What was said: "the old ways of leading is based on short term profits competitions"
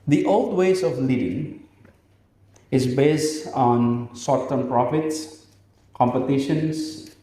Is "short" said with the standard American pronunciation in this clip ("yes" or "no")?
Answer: no